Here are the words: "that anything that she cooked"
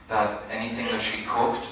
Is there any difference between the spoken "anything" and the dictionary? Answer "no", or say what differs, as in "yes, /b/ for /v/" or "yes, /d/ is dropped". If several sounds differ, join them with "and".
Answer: no